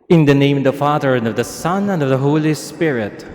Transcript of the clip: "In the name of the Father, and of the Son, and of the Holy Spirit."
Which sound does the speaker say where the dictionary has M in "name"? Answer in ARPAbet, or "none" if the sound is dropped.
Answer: none